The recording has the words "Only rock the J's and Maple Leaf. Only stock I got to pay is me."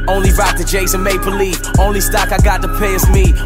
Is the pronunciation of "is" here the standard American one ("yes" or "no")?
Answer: no